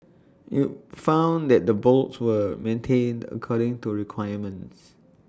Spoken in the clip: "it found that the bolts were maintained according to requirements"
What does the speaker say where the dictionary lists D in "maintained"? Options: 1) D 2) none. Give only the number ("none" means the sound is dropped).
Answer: 1